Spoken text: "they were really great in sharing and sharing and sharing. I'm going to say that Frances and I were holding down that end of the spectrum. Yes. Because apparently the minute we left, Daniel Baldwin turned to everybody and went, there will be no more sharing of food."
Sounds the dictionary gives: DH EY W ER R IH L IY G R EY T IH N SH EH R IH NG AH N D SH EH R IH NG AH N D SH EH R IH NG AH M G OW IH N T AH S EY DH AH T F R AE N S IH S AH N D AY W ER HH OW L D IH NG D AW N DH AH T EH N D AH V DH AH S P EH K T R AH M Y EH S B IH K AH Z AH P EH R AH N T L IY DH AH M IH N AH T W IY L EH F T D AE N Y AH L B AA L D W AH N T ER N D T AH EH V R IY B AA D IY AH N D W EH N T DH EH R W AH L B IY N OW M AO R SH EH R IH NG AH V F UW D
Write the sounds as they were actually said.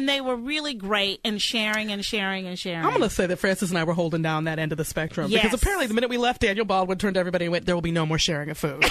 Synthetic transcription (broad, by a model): DH EY W ER R IH L IY G R EY T IH N SH EH R IH NG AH N SH EH R IH NG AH N SH EH R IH AH M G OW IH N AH S EY DH AH T F R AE N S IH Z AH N AY W ER HH OW L D IH NG D AW N DH AH T EH N D AH V DH AH S P EH K T R AH M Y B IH K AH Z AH P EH R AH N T L IY DH AH M IH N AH T W IY L EH F T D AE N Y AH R B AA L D W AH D T ER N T EH V R IY B AA D IY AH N W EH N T DH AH R W AH L B IY N OW M AO R SH EH R IH NG AH V F UW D